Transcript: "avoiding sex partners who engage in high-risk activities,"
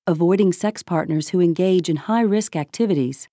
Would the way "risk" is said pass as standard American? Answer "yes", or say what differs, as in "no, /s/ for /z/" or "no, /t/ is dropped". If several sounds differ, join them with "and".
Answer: yes